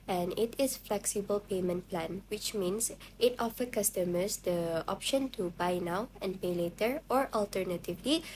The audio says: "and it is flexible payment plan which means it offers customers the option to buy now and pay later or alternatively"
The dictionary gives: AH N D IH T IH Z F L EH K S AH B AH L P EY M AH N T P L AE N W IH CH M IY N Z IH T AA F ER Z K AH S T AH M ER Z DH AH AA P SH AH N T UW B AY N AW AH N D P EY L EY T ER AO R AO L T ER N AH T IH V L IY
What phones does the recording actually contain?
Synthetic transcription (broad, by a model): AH N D IH T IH S F L EH K S AH B AH L P EY M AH N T P L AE N W IH CH M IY N S IH T AA F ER K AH S T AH M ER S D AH AA P SH AH N T UW B AY N AW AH N P EY L EY T ER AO R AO L T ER N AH T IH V L IY